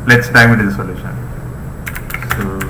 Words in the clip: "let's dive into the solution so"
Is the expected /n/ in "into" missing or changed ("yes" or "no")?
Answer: yes